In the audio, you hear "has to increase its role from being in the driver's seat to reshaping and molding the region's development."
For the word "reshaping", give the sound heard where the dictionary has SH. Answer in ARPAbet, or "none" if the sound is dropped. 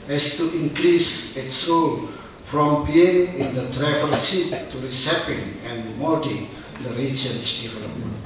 S